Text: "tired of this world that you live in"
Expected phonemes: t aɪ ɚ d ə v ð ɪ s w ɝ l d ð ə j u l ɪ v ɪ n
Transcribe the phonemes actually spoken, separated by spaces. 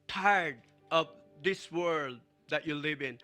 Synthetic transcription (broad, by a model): t aɪ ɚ d ə v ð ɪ s w ɝ l d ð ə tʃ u l ɪ v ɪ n